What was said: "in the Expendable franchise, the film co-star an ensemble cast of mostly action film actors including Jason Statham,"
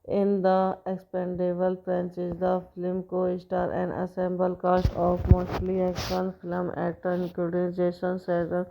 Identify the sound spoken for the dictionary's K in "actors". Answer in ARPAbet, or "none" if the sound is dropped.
none